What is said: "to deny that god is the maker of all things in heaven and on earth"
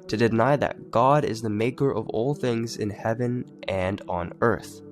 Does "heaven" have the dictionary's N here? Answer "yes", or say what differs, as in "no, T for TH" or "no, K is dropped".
yes